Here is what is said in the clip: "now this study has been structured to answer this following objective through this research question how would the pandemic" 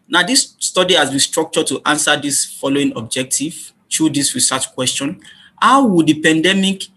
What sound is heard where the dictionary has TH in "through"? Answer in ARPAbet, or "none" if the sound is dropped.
T